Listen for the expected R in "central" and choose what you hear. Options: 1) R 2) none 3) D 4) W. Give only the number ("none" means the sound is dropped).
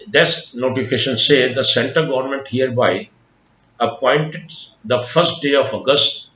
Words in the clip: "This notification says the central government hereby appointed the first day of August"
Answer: 2